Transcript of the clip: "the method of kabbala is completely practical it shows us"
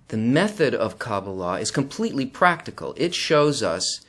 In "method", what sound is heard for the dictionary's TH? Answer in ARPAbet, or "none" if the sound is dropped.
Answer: TH